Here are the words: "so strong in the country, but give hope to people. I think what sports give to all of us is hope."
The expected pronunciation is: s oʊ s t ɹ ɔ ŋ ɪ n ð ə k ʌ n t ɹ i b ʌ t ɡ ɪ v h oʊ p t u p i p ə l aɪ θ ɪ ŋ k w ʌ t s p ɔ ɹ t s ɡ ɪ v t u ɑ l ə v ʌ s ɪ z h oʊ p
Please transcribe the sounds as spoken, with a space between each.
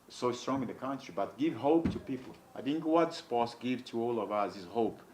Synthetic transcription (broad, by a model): s oʊ s t ɹ ɔ ŋ ɪ n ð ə k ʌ n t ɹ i b ʌ t ɡ ɪ v h oʊ p t u p i p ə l aɪ θ ɪ ŋ k w ʌ t s p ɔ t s ɡ ɪ v t u ɑ l ə v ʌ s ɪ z h oʊ p